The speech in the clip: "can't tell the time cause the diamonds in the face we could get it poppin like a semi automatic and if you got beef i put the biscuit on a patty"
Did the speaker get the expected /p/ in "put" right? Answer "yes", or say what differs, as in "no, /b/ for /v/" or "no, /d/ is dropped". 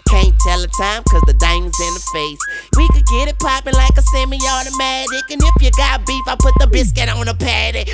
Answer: yes